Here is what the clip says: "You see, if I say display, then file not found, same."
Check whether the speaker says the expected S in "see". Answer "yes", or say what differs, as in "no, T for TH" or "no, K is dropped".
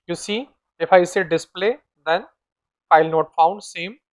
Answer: yes